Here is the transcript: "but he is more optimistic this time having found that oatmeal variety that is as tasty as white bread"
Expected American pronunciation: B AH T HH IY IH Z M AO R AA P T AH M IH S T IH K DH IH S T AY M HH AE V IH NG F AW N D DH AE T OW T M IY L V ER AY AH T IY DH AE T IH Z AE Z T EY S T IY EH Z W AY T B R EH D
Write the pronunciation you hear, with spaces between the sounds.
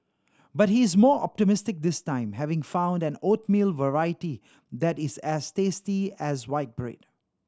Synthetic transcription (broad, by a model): B AH T HH IY IH Z M AO R AA P T AH M IH S T IH K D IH S T AY M HH AE V IH NG F AW N D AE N OW T M IY L V ER AY AH T IY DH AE T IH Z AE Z T EY S T IY EH Z W AY T B R EH D